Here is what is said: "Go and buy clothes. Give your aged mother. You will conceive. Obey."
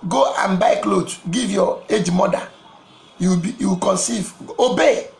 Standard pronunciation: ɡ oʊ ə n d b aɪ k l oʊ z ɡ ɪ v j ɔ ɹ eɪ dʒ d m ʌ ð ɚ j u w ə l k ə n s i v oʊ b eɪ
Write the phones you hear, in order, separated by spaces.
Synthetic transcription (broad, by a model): ɡ oʊ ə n b aɪ k l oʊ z ɡ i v j ɔ eɪ dʒ m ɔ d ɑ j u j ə w k ə n s i v oʊ b eɪ